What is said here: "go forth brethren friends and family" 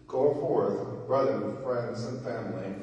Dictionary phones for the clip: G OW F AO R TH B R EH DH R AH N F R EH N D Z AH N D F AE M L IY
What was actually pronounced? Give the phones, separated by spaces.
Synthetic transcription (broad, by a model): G OW F AO R TH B R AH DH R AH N F R EH N D Z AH N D F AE M L IY